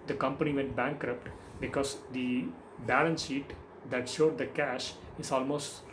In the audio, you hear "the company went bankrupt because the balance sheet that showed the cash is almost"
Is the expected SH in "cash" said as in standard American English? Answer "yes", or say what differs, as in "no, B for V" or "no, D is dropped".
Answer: yes